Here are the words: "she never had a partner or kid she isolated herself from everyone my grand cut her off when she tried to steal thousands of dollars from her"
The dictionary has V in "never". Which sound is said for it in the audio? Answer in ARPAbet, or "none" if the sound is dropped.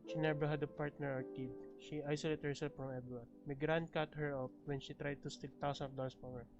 B